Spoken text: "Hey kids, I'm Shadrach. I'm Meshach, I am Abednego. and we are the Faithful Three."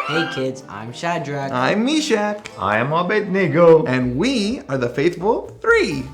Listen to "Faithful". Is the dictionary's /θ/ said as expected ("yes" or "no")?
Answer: yes